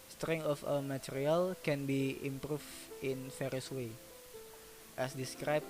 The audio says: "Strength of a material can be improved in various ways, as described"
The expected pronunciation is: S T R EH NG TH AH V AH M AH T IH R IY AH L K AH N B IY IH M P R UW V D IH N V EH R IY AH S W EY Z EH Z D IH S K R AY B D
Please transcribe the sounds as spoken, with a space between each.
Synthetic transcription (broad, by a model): S T R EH NG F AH W AH M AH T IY R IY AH L K AH N B IY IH M P R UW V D IH N F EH R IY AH S W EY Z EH S D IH S K R AY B